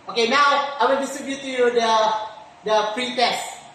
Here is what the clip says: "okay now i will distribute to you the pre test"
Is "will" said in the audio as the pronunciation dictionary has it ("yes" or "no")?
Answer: no